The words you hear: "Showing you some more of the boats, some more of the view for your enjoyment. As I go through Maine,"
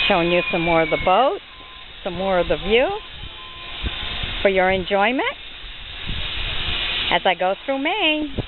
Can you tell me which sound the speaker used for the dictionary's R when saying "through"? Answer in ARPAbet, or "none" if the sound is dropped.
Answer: R